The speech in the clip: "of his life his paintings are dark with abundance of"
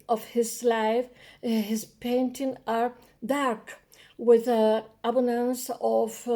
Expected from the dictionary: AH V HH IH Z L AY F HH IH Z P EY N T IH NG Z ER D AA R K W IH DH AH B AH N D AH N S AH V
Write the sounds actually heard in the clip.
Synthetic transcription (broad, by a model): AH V HH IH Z L AY F HH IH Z P EY N T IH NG ER D AA R K W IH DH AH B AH N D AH N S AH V